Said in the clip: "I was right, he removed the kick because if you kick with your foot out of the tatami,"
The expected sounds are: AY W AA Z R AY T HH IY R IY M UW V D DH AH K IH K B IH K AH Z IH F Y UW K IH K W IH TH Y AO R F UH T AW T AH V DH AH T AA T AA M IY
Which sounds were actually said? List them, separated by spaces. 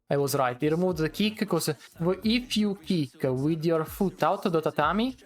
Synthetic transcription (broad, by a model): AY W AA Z R AY T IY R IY M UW D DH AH K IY K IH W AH IH F Y UW K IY K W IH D Y AO R F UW T AW T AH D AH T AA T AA M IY